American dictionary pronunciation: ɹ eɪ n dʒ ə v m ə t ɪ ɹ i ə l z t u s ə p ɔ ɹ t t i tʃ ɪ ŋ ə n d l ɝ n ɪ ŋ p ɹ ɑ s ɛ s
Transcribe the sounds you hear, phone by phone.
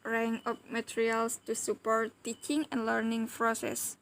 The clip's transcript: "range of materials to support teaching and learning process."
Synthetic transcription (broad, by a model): ɹ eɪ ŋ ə p m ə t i ɹ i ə l s t u s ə p ɔ ɹ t t i tʃ ɪ ŋ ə n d l ɝ n ɪ ŋ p ɹ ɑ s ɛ s